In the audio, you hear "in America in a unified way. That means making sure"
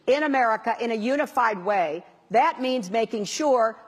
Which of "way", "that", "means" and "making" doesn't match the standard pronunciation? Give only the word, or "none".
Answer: none